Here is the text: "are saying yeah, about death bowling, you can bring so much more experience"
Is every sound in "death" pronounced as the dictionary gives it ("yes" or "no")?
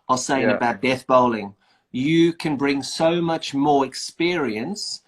yes